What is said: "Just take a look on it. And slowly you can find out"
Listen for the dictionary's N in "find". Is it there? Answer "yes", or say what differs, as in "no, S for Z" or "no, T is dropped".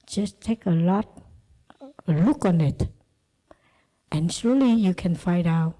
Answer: no, N is dropped